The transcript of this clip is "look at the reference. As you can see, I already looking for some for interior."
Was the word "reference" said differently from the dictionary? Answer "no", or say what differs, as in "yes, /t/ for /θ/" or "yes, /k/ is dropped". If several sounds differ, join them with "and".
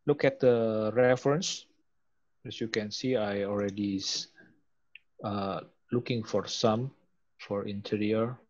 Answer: no